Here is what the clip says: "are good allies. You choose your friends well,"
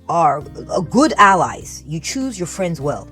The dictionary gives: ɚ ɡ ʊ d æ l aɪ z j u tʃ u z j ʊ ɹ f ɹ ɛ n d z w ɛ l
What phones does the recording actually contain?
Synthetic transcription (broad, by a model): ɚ ɡ ʊ d æ l aɪ z j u tʃ u z j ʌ ɹ f ɹ ɛ n d z w ɛ l